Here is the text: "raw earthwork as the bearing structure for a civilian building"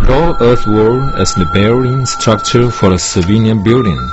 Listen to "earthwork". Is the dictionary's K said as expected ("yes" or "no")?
no